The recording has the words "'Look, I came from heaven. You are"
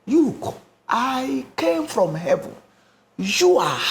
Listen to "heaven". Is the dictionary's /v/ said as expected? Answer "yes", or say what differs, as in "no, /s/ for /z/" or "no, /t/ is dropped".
yes